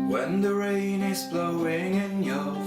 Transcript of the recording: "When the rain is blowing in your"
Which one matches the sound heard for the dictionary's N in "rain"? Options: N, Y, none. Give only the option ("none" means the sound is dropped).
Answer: N